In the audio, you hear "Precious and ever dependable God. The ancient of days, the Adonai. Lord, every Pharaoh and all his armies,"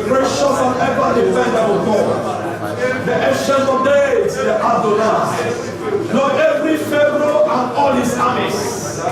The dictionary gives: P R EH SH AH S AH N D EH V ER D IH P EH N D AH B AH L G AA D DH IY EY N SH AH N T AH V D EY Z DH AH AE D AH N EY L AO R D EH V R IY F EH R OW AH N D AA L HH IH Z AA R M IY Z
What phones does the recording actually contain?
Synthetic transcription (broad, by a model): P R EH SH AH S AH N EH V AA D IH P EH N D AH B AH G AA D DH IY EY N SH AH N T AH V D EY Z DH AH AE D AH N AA N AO EH V R IY F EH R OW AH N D AA L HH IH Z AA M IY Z